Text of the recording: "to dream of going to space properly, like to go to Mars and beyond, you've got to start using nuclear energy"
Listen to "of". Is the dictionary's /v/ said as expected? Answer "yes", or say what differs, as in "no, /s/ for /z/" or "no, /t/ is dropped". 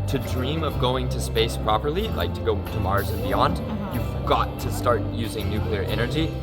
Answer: yes